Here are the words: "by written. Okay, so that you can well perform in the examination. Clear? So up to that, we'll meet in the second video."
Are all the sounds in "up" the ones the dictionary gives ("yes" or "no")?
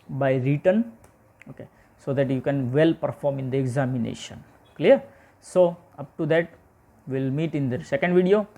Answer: yes